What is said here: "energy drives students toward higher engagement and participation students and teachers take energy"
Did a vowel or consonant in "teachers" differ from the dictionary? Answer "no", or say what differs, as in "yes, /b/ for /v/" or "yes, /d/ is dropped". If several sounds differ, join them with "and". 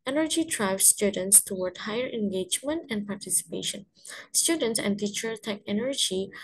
yes, /z/ is dropped